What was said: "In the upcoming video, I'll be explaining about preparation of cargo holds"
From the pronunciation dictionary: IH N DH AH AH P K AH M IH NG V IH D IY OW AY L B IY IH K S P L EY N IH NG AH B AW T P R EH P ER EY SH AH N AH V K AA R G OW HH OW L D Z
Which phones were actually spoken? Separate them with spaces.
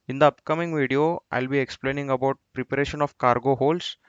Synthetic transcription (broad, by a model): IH N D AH AH P K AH M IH NG V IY D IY OW AY L B IY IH K S P L EY N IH NG AH B AW T P R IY P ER EY SH AH N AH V K AA R G OW HH OW L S